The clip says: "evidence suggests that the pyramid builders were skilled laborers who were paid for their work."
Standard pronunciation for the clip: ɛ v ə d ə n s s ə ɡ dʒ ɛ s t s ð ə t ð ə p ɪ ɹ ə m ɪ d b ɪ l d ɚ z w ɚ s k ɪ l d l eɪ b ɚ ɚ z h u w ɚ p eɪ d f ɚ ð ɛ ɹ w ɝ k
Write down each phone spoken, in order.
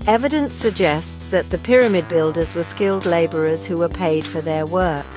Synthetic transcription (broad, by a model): ɛ v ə d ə n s s ə ɡ dʒ ɛ s t s ð ə t ð ə p ɪ ɹ ə m ɪ d b ɪ l d ɚ z w ɚ s k ɪ l d l eɪ b ɚ ɚ z h u w ɚ p eɪ d f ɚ ð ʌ ɹ w ɝ k